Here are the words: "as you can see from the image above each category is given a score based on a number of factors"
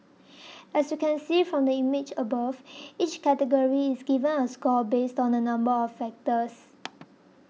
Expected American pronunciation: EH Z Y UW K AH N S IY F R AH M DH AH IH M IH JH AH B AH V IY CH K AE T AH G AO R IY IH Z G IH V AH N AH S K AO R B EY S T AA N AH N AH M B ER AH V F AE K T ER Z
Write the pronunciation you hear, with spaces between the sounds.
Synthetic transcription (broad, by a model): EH S Y UW K AH N S IY F R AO M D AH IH M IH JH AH B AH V IY CH K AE T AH G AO R IY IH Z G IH V AH N AH S K AO L B EY S T AA N AH N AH M B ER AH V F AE K T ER S